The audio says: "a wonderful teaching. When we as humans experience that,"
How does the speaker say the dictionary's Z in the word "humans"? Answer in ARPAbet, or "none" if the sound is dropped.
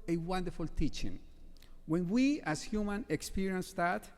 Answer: none